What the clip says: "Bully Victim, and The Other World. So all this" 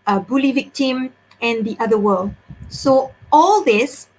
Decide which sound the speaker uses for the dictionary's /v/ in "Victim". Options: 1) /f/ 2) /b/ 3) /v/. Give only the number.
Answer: 3